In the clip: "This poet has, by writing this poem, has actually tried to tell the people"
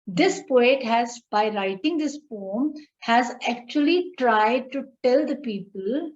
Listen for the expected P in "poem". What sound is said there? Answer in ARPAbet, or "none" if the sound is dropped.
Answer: F